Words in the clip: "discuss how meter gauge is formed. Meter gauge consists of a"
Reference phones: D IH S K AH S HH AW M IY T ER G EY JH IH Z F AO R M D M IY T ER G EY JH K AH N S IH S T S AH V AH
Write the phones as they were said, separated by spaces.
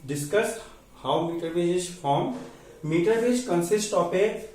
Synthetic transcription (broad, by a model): D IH S K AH S HH AW M IY T ER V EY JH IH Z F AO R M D M IY T ER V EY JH K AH N S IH S T AH P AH